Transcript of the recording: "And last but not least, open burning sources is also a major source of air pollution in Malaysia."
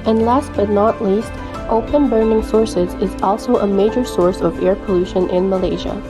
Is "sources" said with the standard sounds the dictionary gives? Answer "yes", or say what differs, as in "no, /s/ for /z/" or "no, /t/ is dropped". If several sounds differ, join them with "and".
yes